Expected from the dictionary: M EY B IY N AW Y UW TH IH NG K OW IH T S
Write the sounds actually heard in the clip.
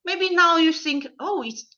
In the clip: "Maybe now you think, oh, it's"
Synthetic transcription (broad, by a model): M EY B IY N AW Y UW TH IH NG K OW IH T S